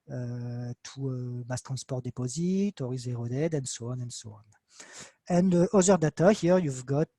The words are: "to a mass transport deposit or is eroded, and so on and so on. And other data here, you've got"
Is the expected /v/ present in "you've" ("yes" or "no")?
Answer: yes